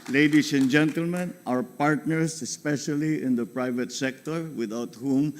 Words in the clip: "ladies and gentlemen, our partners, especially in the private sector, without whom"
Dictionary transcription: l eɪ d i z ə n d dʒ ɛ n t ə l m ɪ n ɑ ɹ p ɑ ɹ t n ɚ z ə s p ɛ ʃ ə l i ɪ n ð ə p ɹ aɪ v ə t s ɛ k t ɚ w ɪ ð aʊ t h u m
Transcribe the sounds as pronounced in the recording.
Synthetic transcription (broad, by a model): l eɪ d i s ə n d dʒ ɛ n t ə l m ɪ n ɑ ɹ p ɑ ɹ t n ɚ s ə s p ɛ ʃ ə l i ɪ n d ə p ɹ aɪ v ə t s ɛ k t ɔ w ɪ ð aʊ t h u m